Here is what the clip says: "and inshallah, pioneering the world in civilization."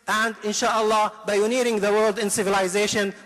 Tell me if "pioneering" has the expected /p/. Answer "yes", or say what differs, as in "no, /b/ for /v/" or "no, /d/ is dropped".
no, /b/ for /p/